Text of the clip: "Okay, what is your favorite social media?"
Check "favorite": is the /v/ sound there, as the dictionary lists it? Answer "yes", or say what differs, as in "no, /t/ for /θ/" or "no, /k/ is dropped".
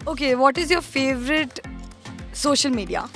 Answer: yes